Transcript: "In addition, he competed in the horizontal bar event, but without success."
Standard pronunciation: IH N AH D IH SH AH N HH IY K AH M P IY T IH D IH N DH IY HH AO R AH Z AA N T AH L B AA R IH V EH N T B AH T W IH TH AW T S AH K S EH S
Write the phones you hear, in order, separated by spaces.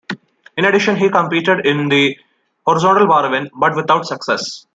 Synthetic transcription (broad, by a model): IH N AH D IH SH AH N HH IY K AH M P IY T IH D IH N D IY HH AO R AH Z AA N T AH L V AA R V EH N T B AH T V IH T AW T S AH K S EH S